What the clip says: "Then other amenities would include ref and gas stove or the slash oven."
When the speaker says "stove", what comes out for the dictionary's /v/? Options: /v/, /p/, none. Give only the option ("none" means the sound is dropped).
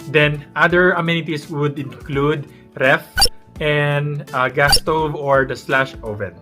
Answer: /v/